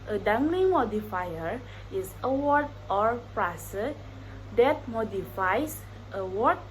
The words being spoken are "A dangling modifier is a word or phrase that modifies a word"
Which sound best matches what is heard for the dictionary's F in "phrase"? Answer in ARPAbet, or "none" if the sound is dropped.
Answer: P